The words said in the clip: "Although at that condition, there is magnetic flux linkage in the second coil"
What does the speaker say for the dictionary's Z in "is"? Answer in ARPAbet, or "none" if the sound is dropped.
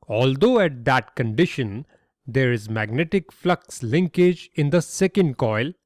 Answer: Z